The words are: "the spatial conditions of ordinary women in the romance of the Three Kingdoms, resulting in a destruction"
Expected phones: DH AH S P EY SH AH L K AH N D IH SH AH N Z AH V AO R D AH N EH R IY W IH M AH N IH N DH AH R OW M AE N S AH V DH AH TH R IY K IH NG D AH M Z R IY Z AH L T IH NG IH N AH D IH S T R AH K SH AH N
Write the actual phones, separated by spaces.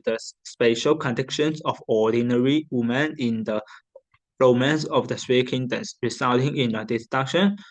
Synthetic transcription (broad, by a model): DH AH S P EY SH AH L K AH N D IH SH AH N S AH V AO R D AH N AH R IY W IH M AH N IH N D AH R OW M AE N S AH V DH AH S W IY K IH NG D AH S R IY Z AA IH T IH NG IH N AH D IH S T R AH K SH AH N